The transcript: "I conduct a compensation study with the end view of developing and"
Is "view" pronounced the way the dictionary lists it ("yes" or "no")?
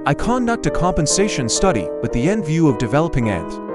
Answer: yes